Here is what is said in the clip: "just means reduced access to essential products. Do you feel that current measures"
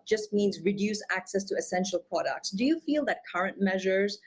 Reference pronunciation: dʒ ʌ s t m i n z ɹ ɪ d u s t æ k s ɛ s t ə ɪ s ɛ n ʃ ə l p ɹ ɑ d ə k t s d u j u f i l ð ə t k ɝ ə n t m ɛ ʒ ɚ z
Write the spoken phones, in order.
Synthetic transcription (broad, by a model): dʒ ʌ s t m i n z ɹ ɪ d u s æ k s ɛ s t ə ɪ s ɛ n ʃ ə l p ɹ ɑ d ə k t s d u j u f i l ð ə t k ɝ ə n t m ɛ ʒ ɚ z